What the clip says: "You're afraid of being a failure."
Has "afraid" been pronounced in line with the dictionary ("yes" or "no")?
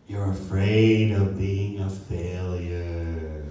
yes